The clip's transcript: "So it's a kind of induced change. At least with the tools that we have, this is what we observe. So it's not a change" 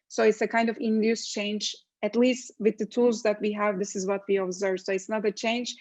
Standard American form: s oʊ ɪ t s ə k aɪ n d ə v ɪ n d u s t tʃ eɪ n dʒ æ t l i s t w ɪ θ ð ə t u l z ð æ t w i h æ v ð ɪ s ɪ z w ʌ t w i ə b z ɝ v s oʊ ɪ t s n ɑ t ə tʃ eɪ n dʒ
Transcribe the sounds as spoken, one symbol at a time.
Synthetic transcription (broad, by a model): s oʊ ɪ t s ə k aɪ n d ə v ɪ n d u s tʃ eɪ n dʒ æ t l i s t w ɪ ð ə t u l z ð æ t w i h æ v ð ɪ s ɪ z w ʌ t w i ə b z ɝ v s oʊ ɪ t s n ɑ t ə tʃ eɪ n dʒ